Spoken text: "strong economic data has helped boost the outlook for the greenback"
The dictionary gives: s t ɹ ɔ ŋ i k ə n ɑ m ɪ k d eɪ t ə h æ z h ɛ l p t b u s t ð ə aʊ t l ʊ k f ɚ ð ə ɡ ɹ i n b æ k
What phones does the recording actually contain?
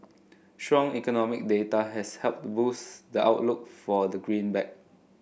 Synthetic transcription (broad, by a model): s t ɹ ɔ ŋ i k ə n ɑ m ɪ k d eɪ t ə h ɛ s h ɛ l p t b u s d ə aʊ t l ʊ k f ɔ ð ə ɡ ɹ i n b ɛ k